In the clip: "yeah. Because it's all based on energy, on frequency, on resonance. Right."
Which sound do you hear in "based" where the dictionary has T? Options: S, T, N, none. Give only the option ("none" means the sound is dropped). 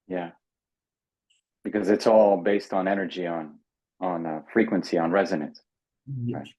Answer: T